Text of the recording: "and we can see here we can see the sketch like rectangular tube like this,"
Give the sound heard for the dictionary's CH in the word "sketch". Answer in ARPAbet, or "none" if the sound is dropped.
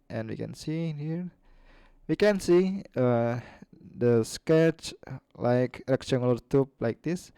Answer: CH